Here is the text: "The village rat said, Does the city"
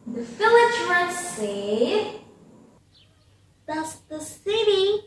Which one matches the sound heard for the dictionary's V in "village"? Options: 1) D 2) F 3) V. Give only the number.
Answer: 2